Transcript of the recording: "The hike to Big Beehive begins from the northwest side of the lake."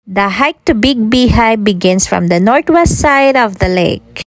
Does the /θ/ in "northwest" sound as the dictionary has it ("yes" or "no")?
no